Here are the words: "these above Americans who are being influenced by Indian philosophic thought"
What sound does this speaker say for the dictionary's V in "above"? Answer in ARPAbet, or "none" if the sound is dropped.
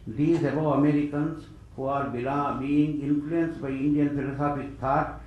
none